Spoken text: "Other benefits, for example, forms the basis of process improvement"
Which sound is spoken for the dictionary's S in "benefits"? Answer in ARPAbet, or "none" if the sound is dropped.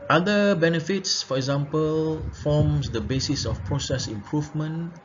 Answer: S